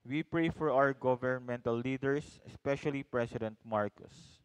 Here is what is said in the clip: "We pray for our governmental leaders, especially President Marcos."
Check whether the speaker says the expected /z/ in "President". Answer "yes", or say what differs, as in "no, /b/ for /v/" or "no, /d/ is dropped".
no, /s/ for /z/